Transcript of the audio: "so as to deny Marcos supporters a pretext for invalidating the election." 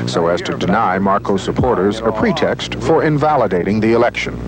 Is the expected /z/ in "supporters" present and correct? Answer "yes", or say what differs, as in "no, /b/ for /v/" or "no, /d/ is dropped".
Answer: yes